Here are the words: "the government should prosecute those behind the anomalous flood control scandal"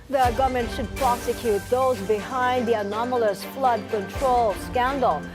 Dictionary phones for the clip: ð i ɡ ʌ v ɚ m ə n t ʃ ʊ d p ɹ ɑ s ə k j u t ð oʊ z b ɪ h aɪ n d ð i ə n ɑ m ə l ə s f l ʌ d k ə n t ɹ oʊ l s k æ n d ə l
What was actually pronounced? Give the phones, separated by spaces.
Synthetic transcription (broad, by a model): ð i ɡ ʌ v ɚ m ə n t ʃ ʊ d p ɹ ɑ s ə k j u t ð oʊ z b ɪ h aɪ n d ð i ə n ɑ m ə l ə s f l ʌ d k ə n t ɹ oʊ l s k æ n d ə l